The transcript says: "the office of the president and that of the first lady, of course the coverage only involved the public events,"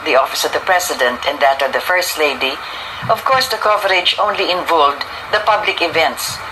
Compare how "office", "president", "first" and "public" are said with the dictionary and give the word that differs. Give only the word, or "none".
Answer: president